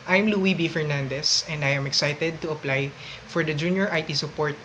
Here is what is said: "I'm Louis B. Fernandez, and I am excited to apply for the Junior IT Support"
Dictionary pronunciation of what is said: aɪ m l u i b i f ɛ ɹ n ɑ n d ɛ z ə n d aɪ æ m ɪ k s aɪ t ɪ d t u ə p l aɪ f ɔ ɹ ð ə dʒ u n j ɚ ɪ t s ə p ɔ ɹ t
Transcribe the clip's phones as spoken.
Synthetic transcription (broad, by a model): aɪ m l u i b i f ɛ ɹ n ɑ n d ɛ s ə n d aɪ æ m ɪ k s aɪ t ɪ d t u ə p l aɪ f ɔ ɹ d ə dʒ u n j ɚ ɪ t s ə p ɔ ɹ t